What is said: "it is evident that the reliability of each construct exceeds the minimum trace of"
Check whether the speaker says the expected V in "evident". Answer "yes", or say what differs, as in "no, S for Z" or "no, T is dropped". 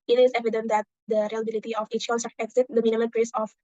yes